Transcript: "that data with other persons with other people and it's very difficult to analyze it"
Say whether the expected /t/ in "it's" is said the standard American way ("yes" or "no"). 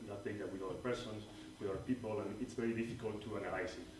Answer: yes